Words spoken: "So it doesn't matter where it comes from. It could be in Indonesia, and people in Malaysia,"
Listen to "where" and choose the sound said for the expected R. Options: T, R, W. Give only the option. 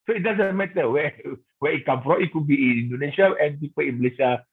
W